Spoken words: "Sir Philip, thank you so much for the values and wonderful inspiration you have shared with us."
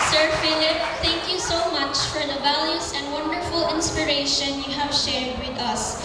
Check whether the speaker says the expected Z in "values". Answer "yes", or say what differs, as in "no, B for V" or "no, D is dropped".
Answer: no, S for Z